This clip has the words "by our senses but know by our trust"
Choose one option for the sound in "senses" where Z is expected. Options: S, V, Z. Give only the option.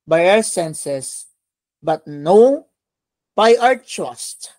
S